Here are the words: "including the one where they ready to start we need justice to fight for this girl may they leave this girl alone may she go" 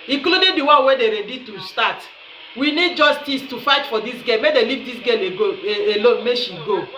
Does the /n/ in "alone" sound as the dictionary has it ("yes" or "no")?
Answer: no